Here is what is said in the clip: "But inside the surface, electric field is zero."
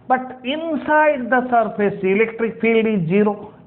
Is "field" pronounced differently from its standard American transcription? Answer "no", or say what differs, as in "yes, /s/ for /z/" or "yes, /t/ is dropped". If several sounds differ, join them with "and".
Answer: no